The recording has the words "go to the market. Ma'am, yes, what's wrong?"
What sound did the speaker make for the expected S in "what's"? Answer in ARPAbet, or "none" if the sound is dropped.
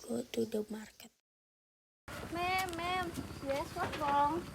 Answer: none